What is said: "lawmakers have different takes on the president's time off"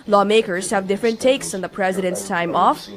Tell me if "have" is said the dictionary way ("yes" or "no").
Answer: yes